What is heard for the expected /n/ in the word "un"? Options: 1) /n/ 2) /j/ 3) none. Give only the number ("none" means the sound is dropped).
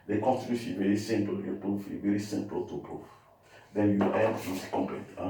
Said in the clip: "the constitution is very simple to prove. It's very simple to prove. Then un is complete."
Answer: 3